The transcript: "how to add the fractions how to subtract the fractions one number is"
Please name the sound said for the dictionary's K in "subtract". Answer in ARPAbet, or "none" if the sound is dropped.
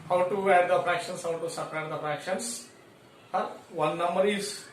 none